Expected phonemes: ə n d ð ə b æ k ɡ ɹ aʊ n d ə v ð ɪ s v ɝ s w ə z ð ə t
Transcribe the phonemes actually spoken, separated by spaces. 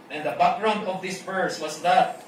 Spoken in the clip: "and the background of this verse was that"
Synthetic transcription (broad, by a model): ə n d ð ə b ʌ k ɹ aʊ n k ə v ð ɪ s b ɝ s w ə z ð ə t